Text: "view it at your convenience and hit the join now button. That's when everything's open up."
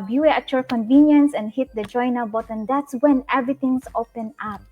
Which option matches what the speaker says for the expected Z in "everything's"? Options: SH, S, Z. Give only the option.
S